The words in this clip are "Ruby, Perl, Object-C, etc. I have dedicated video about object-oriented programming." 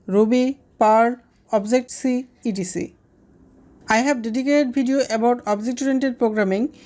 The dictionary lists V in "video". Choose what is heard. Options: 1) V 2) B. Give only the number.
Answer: 2